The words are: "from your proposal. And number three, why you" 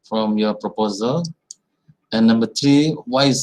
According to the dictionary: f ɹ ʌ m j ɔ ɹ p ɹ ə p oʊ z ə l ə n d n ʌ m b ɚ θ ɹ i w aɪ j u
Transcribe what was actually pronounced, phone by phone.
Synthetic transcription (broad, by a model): f ɹ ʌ m j ɔ ɹ p ɹ ə p oʊ z ə l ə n n ʌ m b ɚ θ ɹ i w aɪ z